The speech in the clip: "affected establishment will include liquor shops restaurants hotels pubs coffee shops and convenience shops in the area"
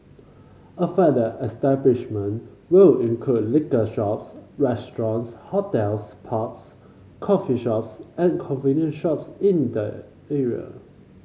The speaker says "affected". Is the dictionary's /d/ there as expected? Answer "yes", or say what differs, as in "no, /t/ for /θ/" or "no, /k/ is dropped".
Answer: no, /d/ is dropped